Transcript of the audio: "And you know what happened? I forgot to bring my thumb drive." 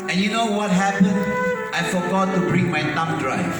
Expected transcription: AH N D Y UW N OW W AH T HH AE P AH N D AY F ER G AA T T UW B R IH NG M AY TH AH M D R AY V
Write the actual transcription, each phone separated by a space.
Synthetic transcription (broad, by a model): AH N Y UW N OW W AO T HH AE P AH N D AY F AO G AA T T UW B R IH NG M AY T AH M D R AY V